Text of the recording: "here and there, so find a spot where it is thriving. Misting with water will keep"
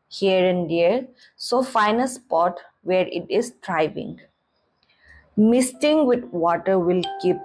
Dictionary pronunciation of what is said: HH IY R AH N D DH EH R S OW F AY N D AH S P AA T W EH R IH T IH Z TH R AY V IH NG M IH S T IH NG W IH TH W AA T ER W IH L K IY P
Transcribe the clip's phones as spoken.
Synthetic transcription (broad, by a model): HH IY R AH N D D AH R S OW F AY N AH S P AA T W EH R IH T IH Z T R AY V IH NG M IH S T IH NG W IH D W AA T ER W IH L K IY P